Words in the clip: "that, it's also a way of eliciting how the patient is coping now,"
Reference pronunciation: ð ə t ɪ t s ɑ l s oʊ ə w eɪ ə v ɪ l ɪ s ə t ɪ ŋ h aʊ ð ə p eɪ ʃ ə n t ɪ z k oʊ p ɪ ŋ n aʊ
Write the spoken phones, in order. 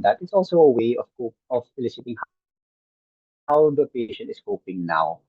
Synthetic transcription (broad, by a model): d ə t ɪ t s ɑ l s oʊ ə w eɪ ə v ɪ l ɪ s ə t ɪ ŋ h aʊ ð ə p eɪ ʃ ə n t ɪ s k oʊ p ɪ ŋ n aʊ